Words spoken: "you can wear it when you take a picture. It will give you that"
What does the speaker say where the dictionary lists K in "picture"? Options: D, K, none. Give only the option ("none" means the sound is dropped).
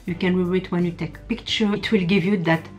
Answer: K